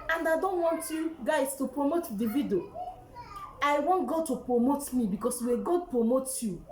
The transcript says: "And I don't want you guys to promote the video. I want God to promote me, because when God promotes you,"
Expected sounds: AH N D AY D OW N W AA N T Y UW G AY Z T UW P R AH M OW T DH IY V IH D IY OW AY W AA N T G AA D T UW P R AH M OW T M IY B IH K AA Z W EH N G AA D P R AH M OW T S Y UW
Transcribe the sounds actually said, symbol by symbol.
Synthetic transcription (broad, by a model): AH N D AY D OW N W AA N T Y UW G AY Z T UW P R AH M OW T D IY V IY D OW AY W AA N T G AA D T UW P R AH M OW T M IY B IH K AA S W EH G AA D P R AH M OW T Y UW